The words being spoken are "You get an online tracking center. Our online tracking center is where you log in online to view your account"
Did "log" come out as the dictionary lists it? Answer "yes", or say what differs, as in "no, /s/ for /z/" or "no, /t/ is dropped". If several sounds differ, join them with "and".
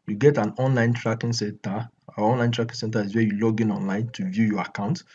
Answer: yes